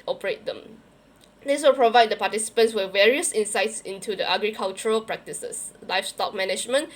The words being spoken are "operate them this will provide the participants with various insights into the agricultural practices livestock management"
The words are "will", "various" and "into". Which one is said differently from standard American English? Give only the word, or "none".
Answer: none